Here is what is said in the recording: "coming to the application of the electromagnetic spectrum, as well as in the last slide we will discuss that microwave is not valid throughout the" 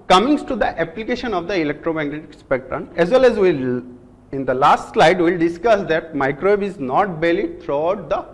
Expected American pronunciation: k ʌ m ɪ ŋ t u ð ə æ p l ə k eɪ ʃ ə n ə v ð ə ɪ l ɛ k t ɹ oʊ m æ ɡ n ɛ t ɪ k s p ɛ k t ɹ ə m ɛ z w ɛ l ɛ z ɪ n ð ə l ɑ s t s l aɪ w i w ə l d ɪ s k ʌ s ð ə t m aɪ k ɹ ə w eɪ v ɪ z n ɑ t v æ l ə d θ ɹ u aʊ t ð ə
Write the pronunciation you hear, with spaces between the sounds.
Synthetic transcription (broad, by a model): k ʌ m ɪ ŋ t u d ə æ p l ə k eɪ ʃ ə n ə v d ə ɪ l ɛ k t ɹ oʊ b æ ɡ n ɛ t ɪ k s p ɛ k t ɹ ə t ɛ z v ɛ l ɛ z ɪ n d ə l ɑ s t s l aɪ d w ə l d ɪ s k ʌ s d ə t m aɪ k ɹ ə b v ɪ z n ɑ t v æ l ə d t ɹ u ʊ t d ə